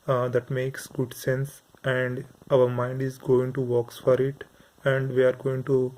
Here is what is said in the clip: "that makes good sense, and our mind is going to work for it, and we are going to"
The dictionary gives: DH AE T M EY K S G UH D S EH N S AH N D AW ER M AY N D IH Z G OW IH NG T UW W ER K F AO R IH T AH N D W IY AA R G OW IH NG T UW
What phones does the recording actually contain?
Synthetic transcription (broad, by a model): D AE T M EY K S G UH D S EH N S AH N D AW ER M AY N D IH Z G OW IH NG T UW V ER K F AO R IH T AH N D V IY AA R G OW IH NG T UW